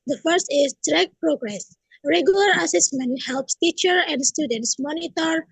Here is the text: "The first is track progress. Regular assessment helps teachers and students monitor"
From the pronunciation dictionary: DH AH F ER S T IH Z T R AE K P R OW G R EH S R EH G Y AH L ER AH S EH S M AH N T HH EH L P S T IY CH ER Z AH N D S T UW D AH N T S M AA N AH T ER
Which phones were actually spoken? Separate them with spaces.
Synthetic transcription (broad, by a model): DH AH F ER S T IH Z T R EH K P R OW G R EH S R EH G Y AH L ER AH S EH S M AH N T HH EH L P S T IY CH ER AH N D S T UW D AH N T S M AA N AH T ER